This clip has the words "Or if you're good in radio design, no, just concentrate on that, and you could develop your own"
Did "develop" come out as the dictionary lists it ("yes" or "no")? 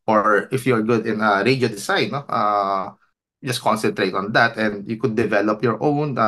yes